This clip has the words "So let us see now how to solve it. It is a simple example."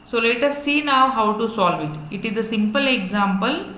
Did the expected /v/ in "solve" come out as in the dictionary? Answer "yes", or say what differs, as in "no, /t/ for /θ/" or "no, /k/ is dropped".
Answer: yes